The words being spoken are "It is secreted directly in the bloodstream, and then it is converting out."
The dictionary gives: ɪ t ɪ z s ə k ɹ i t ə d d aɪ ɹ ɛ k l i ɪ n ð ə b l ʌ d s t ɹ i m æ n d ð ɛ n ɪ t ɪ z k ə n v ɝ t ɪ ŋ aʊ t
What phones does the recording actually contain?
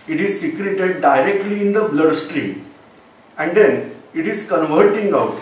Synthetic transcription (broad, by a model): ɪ t ɪ z s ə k ɹ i t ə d d aɪ ɹ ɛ k l i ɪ n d ə b l ʌ d s t ɹ i m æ n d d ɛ n ɪ t ɪ z k ə n v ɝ t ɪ ŋ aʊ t